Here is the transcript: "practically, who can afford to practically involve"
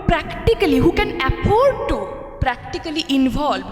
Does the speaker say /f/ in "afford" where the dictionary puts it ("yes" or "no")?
no